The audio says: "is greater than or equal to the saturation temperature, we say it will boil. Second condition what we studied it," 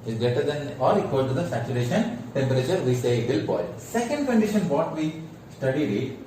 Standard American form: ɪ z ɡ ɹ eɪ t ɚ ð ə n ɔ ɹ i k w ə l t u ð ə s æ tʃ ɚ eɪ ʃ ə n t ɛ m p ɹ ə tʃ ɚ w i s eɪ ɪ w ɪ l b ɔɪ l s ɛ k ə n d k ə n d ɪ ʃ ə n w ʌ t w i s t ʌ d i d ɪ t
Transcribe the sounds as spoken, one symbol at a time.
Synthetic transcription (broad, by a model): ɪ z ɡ eɪ t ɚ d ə n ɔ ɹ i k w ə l t u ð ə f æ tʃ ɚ eɪ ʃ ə n t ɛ m p ɹ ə tʃ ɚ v i s eɪ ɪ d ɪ l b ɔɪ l s ɛ k ə n d k ə n d ɪ ʃ ə n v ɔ t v i s t ʌ d i d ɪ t